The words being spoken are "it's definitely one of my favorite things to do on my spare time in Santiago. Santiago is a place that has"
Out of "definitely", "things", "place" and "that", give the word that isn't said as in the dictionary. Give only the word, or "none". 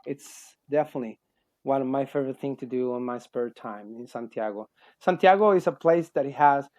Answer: things